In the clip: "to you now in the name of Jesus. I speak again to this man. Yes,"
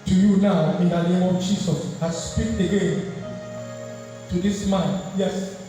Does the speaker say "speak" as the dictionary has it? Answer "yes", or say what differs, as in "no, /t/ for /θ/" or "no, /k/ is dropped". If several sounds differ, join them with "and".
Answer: yes